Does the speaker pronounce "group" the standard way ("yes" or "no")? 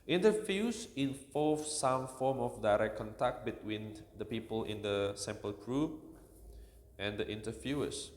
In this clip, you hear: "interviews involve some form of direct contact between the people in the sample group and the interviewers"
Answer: no